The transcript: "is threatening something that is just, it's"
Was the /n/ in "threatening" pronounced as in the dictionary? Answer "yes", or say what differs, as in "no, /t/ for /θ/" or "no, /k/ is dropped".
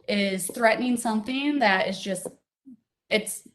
yes